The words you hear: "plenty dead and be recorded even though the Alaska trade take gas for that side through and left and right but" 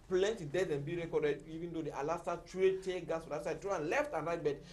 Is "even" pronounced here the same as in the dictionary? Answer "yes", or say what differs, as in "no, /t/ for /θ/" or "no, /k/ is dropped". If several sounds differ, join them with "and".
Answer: yes